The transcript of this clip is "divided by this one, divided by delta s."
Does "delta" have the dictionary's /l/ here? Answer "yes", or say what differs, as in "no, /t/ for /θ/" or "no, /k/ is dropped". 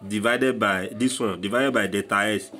no, /l/ is dropped